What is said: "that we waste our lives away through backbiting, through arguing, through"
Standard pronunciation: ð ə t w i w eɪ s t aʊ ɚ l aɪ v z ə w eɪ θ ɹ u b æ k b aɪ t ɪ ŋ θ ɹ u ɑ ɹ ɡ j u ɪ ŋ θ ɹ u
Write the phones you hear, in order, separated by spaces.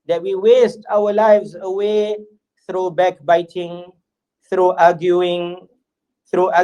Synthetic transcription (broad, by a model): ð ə t w i w eɪ s t aʊ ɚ l aɪ v z ə w eɪ θ ɹ u b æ k b aɪ t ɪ ŋ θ ɹ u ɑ ɡ j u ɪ ŋ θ ɹ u